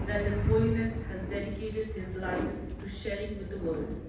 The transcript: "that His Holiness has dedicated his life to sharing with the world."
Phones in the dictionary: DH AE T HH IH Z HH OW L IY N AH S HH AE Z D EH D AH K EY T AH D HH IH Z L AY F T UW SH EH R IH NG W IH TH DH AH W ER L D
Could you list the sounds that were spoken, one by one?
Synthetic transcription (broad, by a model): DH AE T HH IH Z HH OW L IY N AH S HH AE Z D EH D AH K EY T AH D HH IH Z L AY F T UW SH EH R IH NG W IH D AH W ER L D